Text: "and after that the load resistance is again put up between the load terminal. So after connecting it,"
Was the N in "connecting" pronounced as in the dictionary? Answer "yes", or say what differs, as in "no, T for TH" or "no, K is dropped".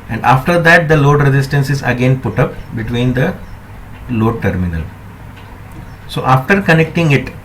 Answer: yes